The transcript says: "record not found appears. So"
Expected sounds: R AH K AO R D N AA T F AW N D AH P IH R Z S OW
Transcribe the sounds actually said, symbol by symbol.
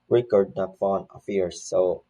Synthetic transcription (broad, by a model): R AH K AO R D N AA T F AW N AH F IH R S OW